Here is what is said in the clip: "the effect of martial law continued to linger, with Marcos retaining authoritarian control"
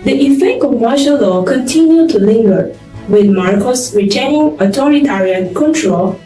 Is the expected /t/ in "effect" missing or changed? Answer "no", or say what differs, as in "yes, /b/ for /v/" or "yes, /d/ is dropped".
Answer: yes, /t/ is dropped